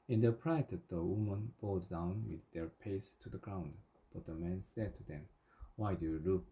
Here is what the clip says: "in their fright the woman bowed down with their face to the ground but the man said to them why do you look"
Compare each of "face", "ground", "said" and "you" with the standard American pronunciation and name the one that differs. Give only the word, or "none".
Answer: face